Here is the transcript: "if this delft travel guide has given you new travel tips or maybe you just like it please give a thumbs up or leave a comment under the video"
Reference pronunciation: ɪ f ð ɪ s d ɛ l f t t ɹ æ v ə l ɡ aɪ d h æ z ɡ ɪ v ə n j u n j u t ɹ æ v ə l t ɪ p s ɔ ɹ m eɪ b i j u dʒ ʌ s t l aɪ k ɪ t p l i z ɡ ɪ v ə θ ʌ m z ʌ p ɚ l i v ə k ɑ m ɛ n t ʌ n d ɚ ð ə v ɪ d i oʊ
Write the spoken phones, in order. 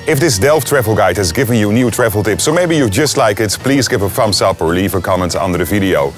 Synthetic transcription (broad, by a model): ɪ f ð ɪ s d ɛ l f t t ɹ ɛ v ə l ɡ aɪ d h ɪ z ɡ ɪ v ə n j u n j u t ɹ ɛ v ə l t ɪ p s ɔ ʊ m eɪ b i j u dʒ ʌ s t l aɪ k ɪ t p l i z ɡ ɪ v ə f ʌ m s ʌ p ɚ l i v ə k ɑ m ɛ n t ʌ n d ɚ ð ə v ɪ d i oʊ